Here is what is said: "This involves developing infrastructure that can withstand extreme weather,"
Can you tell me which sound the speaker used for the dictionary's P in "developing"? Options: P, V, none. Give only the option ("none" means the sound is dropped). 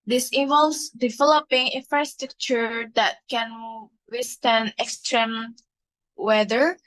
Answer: P